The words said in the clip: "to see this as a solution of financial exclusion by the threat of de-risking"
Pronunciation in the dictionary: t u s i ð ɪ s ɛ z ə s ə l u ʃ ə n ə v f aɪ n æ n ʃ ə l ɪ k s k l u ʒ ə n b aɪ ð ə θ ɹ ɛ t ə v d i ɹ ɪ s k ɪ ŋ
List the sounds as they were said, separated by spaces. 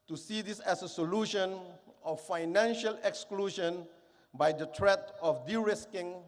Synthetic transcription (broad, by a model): t u s i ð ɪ s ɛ s ə s ə l u ʃ ə n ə f f aɪ n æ n ʃ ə l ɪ k s k l u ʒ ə n b aɪ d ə t ɹ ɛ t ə f d i ɹ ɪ s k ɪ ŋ